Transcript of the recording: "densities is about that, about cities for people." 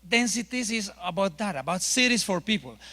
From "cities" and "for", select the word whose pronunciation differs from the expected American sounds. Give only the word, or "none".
cities